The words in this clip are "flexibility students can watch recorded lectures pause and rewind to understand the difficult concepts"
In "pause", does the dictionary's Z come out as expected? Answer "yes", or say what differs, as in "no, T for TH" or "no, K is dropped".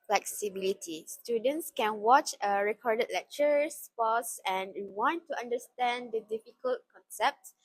no, S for Z